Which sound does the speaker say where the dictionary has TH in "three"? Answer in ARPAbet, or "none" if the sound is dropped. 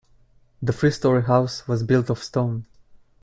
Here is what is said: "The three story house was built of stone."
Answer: F